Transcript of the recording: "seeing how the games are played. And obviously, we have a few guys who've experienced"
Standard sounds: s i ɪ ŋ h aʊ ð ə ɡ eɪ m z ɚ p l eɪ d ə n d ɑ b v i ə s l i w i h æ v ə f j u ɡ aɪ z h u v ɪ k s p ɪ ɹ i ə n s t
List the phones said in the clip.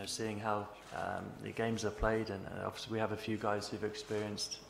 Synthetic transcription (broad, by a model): s i ɪ ŋ h aʊ ð ə ɡ eɪ m z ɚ p l eɪ d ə n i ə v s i w i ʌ v ə f j u ɡ aɪ z h u v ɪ k s p ɪ ɹ i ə n s t